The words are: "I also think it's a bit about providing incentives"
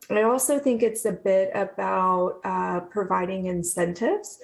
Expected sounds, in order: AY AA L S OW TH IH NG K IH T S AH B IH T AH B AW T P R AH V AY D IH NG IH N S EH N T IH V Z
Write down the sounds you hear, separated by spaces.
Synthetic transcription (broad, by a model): AY AA L S OW TH IH NG K IH T S AH B IH T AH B AW T P R AH V AY D IH NG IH N S EH N T IH V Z